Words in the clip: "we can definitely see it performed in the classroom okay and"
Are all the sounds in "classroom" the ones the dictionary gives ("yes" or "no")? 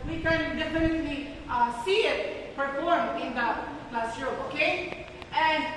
no